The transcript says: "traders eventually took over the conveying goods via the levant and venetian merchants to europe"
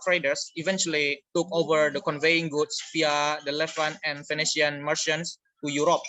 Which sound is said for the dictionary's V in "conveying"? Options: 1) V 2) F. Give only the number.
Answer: 1